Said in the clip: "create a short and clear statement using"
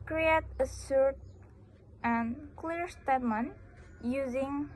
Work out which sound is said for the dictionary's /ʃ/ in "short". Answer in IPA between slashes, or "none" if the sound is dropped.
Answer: /s/